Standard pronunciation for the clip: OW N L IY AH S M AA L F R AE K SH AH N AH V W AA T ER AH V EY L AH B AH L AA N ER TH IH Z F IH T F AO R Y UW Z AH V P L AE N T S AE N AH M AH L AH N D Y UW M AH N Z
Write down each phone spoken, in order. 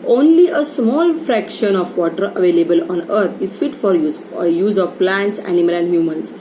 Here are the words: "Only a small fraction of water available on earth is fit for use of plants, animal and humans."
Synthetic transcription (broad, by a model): OW N L IY AH S M AA L F R AE K SH AH N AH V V AA T ER AH V EY L AH B AH L AA N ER T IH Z F IH T F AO R Y UW Z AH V P L AE N T S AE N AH M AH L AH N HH Y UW M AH N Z